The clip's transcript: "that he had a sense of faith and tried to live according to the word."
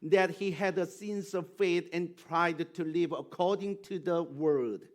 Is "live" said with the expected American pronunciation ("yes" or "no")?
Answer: yes